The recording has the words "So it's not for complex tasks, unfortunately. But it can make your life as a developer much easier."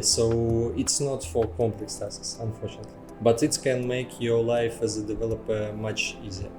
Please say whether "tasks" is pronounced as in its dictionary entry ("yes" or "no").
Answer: no